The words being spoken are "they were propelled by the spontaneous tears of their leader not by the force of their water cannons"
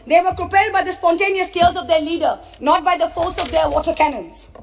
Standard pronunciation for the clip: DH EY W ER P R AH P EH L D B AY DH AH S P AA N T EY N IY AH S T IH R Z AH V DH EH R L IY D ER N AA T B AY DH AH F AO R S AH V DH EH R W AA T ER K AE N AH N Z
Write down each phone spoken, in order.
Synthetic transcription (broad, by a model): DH EY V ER P R AH P EH L D B AY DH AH S P AA N T EY N IY AH S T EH L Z AH V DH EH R L IY D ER N AA T B AY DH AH F AO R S AH V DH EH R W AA T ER K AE N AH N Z